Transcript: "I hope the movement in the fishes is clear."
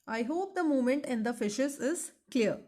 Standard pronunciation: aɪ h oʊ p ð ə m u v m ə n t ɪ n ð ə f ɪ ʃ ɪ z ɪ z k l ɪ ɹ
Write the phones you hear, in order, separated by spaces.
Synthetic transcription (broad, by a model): aɪ h oʊ p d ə m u m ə n t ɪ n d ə f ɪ ʃ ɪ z ɪ z k l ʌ ɹ